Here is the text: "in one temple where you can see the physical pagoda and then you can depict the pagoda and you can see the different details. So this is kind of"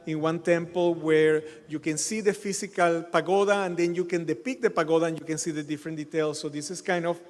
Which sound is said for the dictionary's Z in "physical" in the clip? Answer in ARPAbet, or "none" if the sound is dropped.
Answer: S